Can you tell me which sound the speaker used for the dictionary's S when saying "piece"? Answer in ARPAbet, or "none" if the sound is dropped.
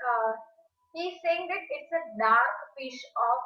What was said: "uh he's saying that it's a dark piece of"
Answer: SH